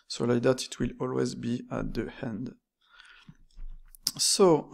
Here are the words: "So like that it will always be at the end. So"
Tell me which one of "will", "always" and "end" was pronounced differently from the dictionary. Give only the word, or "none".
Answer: none